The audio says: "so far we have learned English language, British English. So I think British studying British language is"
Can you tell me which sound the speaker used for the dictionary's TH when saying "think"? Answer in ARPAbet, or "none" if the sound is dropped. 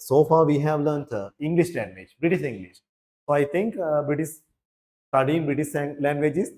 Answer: T